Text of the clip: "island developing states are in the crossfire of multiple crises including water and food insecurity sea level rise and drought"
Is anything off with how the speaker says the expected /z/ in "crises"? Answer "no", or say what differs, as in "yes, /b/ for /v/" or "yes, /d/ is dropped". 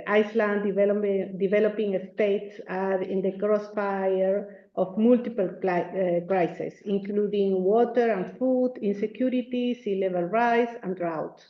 yes, /s/ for /z/